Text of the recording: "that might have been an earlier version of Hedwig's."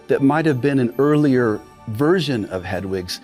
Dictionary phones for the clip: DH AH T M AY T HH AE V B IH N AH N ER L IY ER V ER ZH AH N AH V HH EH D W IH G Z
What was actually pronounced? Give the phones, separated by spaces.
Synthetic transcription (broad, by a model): DH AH T M AY T HH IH V B IH N AH N ER L IY ER V ER ZH AH N AH V HH EH D W IH G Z